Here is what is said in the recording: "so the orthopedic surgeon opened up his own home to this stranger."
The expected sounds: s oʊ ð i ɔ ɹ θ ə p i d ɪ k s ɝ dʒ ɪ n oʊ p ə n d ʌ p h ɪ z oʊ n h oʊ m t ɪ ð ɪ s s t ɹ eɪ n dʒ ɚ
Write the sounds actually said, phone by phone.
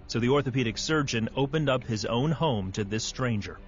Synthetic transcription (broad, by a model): s oʊ ð i ɔ ɹ θ ə p i d ɪ k s ɝ dʒ ɪ n oʊ p ə n d ʌ p h ɪ z oʊ n h oʊ m t ɪ ð ɪ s s t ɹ eɪ n dʒ ɚ